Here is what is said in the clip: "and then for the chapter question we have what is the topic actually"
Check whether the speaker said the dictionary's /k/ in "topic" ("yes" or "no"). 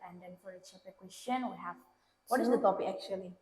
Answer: no